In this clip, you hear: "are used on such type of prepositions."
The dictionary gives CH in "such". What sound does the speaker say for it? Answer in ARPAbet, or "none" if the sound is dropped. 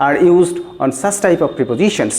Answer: S